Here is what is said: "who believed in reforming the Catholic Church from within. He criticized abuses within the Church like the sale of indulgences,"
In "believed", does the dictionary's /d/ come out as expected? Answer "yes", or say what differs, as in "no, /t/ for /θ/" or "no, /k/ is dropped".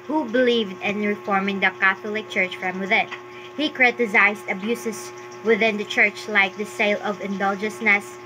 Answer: yes